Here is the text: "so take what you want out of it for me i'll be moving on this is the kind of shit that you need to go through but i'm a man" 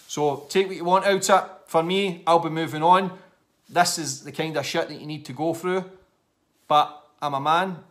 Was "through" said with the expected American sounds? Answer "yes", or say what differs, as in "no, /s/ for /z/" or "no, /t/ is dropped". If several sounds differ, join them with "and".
yes